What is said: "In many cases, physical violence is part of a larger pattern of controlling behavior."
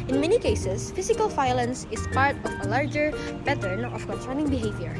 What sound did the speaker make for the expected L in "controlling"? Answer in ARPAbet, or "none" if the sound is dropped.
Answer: N